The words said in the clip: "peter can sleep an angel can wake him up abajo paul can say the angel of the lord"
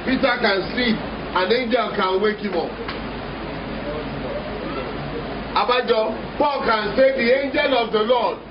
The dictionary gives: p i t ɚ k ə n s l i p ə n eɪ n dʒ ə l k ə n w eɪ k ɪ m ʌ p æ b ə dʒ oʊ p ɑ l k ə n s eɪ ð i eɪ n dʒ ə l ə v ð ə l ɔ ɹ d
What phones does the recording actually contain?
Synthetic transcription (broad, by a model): p i t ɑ k ə n s i ə n eɪ n dʒ ə l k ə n w eɪ k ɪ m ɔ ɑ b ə dʒ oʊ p ɑ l k ə n s eɪ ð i eɪ n dʒ ə l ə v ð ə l ɔ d